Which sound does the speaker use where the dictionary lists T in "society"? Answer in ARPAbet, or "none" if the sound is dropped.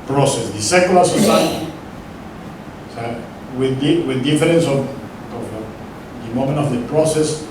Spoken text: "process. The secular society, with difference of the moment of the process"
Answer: S